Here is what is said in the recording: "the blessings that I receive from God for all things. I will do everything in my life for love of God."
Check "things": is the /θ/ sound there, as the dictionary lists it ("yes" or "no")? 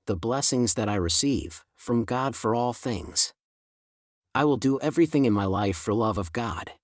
yes